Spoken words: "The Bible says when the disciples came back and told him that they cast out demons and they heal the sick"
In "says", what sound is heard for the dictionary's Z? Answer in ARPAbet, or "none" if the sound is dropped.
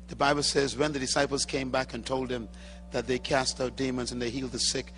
Z